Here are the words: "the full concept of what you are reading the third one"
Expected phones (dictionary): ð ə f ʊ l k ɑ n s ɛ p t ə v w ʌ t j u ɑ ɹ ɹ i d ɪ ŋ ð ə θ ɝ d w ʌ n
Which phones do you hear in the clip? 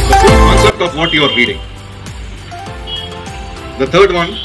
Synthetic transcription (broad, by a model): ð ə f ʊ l k ɑ n s ɛ p t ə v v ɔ t j u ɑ ɹ ɹ i d ɪ ŋ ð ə t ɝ d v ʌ n